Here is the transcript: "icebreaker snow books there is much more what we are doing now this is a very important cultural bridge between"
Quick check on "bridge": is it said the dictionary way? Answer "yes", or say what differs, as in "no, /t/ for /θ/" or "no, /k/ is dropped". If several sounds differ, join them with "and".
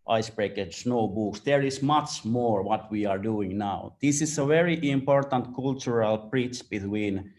no, /tʃ/ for /dʒ/